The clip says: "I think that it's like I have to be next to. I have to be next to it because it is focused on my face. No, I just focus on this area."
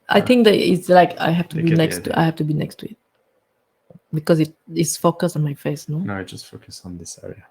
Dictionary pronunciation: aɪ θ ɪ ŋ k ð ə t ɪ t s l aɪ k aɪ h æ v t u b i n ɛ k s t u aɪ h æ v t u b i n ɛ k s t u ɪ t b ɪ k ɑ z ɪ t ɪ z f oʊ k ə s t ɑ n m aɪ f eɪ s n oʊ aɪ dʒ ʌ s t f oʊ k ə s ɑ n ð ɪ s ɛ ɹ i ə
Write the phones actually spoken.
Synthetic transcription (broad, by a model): aɪ t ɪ ŋ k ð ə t ɪ t s l aɪ k aɪ h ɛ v t u b i n ɛ k s t u aɪ h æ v t u b i n ɛ k s t u ɪ t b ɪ k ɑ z ɪ t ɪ s f oʊ k ə s t ɑ n m aɪ f eɪ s n oʊ aɪ dʒ ʌ s t f oʊ k ə s n ð ɪ s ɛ ɹ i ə